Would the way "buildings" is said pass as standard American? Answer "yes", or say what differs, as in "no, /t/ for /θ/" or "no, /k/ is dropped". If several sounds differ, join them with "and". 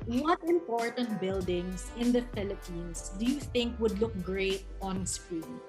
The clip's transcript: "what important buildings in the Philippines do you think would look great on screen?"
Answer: no, /s/ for /z/